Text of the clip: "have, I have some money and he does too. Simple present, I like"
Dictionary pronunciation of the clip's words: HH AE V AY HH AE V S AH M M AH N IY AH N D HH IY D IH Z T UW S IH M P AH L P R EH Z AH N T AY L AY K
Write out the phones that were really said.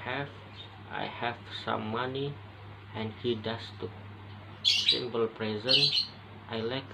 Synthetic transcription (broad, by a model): HH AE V AY HH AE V S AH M M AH N IY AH N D HH IY D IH S T UW S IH M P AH L P R EH Z AH N T AY L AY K